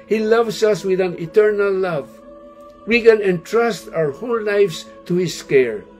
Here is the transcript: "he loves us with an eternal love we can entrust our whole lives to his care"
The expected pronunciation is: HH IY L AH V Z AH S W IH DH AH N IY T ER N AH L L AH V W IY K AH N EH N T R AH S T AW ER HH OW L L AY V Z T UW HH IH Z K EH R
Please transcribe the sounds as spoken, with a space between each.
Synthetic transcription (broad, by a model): HH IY L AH V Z AH S W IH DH AH N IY T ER N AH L L AH V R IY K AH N EH N T R AH S T AW ER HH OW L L AY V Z T UW HH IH S K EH R